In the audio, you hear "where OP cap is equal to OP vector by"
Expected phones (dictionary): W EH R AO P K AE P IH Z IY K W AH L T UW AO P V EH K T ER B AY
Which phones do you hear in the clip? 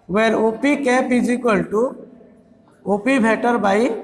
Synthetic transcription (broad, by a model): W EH R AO P K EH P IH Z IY K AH L T UW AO P B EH T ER B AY